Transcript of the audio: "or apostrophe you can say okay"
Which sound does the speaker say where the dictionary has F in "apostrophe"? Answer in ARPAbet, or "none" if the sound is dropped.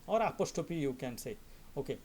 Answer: P